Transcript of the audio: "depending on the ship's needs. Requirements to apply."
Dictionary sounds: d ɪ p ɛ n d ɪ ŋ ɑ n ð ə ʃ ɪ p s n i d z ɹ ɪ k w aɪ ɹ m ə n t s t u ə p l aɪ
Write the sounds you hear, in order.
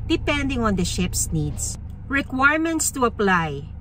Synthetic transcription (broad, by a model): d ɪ p ɛ n d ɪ ŋ ɑ n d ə ʃ ɪ p s n i d s ɹ ɪ k w aɪ ɹ m ə n t s t u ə p l aɪ